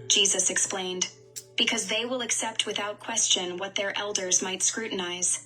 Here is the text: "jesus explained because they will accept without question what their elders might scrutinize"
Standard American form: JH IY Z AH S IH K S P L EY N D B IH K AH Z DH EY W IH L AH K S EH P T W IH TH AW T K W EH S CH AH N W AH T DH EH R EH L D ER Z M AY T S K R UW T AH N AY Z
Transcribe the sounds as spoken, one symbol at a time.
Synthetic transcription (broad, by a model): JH IY Z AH S IH K S P L EY N D B IH K AH Z DH EY W IH L AH K S EH P T W IH TH AW T K W EH S CH AH N W AH T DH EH R EH L D ER Z M AY T S K R UW T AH N AY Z